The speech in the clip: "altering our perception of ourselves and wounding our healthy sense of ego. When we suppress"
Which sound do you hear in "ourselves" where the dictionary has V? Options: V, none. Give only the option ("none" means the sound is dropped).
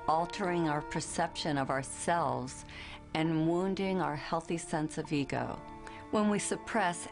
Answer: V